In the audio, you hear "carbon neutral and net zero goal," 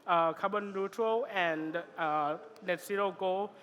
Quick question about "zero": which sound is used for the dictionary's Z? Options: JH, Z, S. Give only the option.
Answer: S